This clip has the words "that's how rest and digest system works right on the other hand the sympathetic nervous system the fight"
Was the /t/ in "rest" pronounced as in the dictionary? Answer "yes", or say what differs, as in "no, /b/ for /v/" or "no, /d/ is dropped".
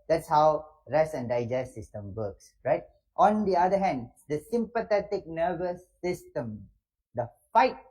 no, /t/ is dropped